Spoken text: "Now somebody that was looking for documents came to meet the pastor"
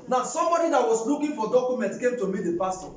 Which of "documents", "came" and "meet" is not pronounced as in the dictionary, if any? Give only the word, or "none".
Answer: documents